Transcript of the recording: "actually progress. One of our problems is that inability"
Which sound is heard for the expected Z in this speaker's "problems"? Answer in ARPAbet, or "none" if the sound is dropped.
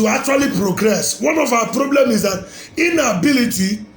none